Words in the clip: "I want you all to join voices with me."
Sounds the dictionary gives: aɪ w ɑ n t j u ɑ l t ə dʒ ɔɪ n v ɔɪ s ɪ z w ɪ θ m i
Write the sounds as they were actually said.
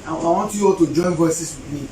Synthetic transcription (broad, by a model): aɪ w ɑ n t j u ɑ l t ə dʒ ɔɪ n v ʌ s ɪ s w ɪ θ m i